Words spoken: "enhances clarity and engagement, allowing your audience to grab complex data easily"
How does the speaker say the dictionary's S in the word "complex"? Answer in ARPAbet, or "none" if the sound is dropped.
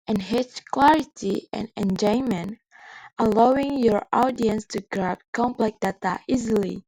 none